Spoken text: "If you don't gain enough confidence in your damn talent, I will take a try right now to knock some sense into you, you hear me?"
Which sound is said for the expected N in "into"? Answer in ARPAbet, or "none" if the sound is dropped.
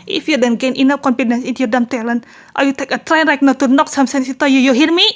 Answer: none